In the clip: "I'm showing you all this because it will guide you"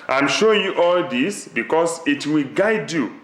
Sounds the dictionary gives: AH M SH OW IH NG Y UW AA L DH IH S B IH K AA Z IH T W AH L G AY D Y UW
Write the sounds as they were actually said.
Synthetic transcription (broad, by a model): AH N SH OW Y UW AA L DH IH S B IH K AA S IH T W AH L G AY D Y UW